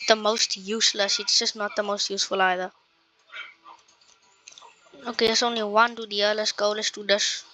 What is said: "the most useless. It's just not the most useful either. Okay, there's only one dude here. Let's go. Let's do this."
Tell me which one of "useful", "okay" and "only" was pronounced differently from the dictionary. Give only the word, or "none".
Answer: only